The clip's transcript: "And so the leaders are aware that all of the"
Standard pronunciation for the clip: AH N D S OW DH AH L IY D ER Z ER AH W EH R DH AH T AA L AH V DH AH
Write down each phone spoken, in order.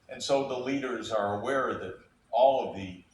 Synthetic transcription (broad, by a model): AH N S OW DH AH L IY D ER Z ER AH W EH R DH AH T AA L AH V DH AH